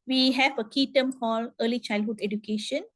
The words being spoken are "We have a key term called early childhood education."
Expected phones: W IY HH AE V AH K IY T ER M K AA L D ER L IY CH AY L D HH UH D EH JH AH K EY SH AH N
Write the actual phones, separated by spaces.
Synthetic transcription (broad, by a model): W IY HH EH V AH K IY T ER M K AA L ER L IY CH AY L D HH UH D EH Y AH K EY SH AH N